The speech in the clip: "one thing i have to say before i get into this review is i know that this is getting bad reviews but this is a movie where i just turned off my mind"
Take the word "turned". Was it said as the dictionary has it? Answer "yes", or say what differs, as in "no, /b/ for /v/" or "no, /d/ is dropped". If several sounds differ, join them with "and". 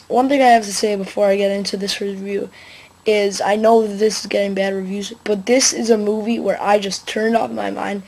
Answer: yes